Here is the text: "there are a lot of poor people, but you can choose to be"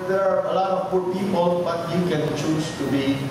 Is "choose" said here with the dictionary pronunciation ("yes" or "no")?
no